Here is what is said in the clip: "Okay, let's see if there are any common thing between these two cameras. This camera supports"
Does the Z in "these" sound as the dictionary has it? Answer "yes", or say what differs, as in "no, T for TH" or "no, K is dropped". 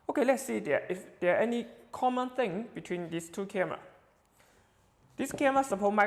no, S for Z